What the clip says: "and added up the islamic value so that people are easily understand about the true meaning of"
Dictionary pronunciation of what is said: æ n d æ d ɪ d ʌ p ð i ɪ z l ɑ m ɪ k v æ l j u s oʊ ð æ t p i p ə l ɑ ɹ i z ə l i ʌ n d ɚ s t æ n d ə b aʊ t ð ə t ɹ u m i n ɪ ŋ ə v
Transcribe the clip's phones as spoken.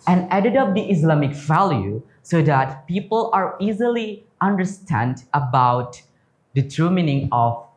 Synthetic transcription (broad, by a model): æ n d æ d ɪ d ʌ p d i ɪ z l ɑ m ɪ k v æ l j u s oʊ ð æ t p i p ə l ɑ ɹ i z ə l i ʌ n d ɚ s t æ n d ə b aʊ t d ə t u m i n ɪ ŋ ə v